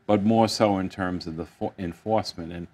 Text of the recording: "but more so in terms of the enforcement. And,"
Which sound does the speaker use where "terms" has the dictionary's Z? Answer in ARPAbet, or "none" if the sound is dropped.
Z